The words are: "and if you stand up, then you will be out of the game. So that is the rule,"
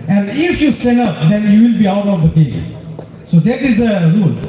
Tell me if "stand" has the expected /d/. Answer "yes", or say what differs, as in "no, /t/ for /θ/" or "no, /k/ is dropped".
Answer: no, /d/ is dropped